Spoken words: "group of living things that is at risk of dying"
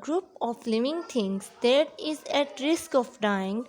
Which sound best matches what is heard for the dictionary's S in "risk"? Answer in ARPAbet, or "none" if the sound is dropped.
S